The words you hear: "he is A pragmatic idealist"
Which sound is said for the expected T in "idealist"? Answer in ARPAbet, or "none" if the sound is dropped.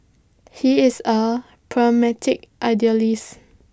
none